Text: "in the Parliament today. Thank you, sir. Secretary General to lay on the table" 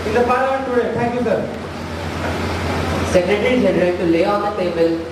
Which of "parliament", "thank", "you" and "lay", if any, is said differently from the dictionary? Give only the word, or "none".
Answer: thank